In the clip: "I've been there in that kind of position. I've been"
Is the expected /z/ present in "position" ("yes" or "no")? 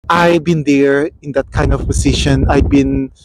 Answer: no